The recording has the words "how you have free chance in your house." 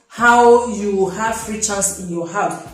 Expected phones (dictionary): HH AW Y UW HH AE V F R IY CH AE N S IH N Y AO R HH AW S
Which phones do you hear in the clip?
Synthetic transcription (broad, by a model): HH AW Y UW HH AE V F R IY CH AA S IH N Y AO HH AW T